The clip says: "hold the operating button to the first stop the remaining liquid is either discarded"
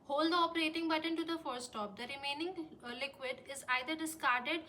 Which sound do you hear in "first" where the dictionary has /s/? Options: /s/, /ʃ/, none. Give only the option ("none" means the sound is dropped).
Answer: none